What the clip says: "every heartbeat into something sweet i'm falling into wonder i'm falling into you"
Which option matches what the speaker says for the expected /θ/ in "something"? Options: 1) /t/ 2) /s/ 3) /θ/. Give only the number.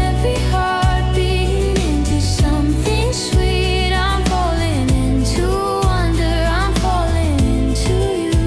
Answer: 3